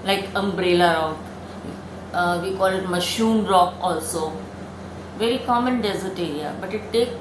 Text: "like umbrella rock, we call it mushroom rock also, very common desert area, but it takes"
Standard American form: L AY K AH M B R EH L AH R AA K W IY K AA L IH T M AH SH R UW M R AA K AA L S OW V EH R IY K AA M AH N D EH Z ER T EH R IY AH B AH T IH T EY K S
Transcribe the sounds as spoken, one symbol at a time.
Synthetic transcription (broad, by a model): L AY K AH M B R EH L AH R AA K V IY K AA L IH T M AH SH UW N R AA K AA L S OW V EH R IY K AA M AH N D EH Z ER T EH R IY AH B AH T IH T EY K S